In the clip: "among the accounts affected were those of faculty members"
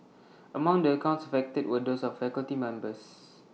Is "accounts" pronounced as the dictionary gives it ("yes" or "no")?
yes